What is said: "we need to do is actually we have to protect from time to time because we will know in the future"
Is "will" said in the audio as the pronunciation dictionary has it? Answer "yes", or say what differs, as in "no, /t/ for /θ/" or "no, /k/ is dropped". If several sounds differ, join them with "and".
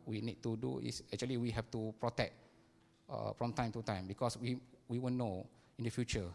no, /w/ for /l/